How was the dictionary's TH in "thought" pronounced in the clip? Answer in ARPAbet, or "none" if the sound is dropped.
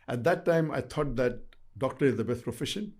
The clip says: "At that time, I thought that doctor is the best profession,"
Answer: T